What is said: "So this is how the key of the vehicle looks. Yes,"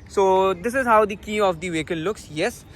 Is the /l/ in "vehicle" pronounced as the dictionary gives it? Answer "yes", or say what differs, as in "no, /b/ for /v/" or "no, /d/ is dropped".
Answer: no, /n/ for /l/